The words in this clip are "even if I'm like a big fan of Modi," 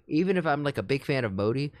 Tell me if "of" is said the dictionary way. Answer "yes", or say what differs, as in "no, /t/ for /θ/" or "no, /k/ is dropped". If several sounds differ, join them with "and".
yes